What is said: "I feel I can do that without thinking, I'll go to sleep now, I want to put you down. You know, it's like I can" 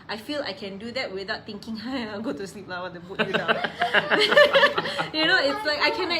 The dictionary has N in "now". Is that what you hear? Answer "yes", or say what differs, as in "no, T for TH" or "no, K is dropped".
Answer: no, L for N